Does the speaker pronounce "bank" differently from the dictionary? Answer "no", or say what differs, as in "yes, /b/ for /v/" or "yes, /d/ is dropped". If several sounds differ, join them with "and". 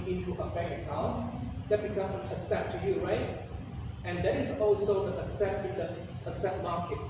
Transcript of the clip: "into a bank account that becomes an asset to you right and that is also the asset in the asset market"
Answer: yes, /ŋ/ is dropped